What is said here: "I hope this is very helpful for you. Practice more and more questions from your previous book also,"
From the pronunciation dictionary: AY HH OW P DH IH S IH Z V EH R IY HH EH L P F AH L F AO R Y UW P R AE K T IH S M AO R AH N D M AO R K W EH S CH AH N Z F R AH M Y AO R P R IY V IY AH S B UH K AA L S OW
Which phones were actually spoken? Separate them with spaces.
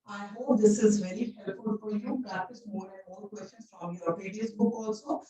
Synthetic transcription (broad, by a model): AY HH OW P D IH S IH Z V EH R IY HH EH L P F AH L F AO R Y UW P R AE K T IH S M AO R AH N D M AO R K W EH S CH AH N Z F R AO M Y AO R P IY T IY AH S B UH K AA L S OW